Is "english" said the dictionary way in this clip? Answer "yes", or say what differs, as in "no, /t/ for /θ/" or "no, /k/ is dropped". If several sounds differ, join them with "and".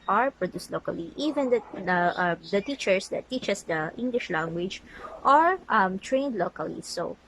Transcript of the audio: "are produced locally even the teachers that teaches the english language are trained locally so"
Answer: yes